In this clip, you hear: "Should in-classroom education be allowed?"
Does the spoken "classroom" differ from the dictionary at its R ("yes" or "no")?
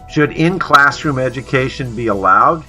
no